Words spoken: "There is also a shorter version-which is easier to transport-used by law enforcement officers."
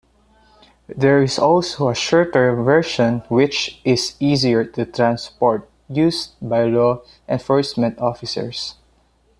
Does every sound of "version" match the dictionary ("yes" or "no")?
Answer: no